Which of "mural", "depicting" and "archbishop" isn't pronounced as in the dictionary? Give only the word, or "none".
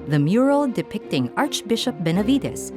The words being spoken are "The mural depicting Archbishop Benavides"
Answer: none